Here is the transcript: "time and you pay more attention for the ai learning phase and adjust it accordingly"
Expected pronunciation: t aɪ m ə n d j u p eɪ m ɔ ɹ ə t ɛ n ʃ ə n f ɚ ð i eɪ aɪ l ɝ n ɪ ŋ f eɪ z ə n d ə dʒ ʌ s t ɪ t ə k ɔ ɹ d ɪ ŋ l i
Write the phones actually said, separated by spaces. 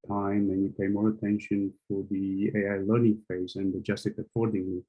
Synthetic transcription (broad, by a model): t aɪ m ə n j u p eɪ m ɔ ɹ ə t ɛ n ʃ ə n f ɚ ð i eɪ aɪ l ɝ n ɪ ŋ f eɪ z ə n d ə dʒ ʌ s t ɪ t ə k ɔ ɹ d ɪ ŋ l i